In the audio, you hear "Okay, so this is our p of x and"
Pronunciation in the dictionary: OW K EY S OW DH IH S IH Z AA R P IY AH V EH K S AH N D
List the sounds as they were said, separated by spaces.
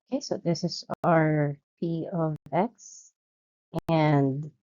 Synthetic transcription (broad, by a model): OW K EY S OW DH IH S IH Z AA R P IY AH V EH K S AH N D